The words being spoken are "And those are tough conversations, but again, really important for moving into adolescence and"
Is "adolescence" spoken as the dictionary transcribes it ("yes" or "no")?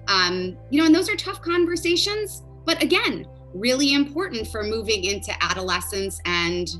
yes